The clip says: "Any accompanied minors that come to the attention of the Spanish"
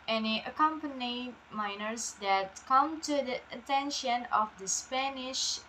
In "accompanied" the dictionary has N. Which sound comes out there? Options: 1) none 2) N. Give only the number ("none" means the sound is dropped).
2